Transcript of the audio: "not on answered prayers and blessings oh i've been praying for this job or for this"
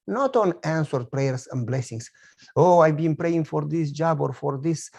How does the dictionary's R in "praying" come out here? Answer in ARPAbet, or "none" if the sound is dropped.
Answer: R